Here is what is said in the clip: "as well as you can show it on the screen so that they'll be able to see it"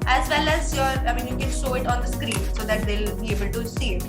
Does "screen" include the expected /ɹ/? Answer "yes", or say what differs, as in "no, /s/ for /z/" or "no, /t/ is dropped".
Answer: yes